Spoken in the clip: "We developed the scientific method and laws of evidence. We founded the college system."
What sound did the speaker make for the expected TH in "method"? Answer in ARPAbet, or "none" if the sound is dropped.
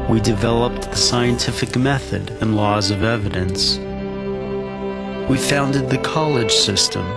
TH